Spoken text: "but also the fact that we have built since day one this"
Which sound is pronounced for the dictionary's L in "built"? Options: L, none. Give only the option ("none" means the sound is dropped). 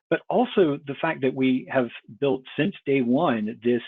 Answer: L